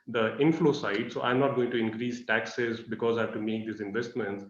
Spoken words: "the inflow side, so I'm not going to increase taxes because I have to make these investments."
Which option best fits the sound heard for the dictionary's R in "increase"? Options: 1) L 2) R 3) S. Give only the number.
2